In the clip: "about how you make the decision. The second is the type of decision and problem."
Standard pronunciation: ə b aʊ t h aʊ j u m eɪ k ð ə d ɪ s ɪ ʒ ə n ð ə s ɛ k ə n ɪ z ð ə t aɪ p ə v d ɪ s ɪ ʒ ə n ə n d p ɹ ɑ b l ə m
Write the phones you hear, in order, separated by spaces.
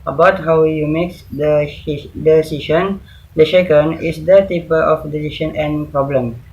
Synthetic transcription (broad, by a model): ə b aʊ t h aʊ j u m eɪ k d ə d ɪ s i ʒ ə n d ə ʃ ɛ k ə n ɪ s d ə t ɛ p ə f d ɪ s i ʃ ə n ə n p ɹ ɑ b l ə m